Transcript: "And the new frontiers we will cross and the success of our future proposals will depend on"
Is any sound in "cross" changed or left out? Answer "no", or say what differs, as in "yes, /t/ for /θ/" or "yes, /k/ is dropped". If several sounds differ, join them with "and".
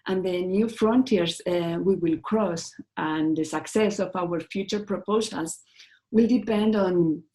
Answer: no